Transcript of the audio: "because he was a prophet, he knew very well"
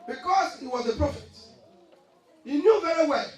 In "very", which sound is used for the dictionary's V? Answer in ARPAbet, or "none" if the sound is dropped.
V